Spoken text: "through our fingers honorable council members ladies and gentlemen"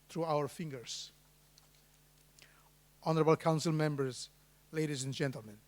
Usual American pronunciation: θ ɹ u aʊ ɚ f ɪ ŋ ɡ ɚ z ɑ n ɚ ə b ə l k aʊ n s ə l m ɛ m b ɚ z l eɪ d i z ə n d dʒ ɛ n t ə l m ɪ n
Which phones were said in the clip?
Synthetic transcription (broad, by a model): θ ɹ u aʊ ɚ f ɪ ŋ ɡ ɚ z ɑ n ɚ ə b ə l k aʊ n s ə l m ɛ m b ɚ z l eɪ d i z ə n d dʒ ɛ n t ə l m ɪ n